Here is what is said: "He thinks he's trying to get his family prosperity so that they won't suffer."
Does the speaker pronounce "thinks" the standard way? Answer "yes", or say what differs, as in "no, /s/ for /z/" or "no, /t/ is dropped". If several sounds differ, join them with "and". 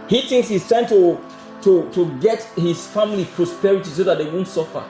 yes